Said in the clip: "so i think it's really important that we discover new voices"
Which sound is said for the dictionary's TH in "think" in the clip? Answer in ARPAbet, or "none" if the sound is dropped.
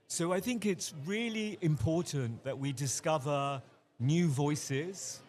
TH